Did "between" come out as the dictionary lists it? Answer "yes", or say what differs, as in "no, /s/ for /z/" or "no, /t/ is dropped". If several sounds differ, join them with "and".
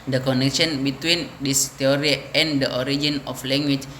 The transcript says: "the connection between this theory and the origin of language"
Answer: yes